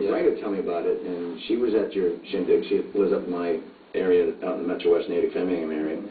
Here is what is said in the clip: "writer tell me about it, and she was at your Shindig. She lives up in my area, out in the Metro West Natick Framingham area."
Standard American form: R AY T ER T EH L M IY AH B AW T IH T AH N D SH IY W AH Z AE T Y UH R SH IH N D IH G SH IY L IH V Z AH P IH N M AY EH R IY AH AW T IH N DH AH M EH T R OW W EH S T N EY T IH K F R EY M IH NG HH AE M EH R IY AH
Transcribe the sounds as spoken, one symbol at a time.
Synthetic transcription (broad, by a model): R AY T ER T EH L M IY AH B AW T IH T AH N SH IY W AH Z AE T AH R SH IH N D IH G SH IY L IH Z AH P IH M AY EH R IY AH AW T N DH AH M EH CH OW W EH S T N EY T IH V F EY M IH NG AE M EH R IY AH